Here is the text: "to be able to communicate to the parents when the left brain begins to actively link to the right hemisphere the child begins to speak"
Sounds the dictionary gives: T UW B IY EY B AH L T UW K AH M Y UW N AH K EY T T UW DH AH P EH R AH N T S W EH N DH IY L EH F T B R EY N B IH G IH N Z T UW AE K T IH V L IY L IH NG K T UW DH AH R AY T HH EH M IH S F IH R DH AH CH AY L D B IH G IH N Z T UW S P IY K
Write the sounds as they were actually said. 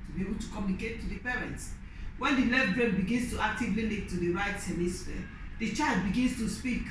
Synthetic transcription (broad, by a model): T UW B IY EY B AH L T UW K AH M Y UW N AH K EY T T UW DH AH P EH R AH N T S W EH N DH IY L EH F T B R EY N B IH G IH N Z T UW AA K T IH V L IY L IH K T UW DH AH R AY T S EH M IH S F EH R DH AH CH AY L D B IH G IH N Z T UW S P IY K